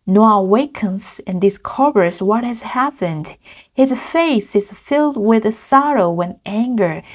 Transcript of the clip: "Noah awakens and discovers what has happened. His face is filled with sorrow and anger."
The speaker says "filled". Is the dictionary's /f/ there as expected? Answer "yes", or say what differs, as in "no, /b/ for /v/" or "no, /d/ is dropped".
yes